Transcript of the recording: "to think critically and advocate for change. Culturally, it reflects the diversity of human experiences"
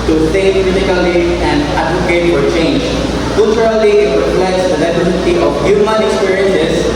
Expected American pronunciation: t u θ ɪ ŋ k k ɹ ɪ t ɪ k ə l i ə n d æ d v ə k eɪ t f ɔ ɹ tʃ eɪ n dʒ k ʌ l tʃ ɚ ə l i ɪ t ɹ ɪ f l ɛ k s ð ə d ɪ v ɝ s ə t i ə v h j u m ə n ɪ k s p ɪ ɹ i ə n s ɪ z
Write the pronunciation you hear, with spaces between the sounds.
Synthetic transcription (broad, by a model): t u s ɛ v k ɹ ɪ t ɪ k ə l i ə n d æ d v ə k eɪ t f ɔ ɹ tʃ eɪ n dʒ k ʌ l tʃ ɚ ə l i ɪ t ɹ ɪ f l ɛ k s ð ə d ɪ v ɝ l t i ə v h j u m ə n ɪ k s p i ɹ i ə n s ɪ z